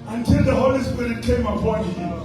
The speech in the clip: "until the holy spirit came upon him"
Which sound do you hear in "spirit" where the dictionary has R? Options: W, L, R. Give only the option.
R